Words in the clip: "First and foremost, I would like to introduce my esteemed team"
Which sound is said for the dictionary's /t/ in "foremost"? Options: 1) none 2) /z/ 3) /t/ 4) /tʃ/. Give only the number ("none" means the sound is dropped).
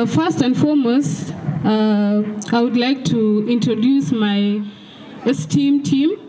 1